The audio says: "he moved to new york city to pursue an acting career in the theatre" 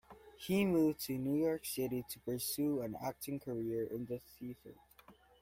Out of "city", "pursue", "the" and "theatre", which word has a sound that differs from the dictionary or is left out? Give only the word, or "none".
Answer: theatre